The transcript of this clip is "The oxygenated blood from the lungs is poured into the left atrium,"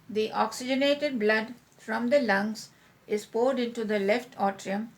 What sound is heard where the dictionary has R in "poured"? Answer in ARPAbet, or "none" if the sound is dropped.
R